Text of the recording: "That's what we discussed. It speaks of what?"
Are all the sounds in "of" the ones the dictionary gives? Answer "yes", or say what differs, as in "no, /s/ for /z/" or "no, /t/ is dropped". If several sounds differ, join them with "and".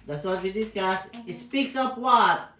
no, /p/ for /v/